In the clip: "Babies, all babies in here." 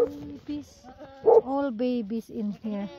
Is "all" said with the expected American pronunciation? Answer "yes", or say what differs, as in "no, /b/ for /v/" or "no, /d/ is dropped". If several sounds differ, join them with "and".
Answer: yes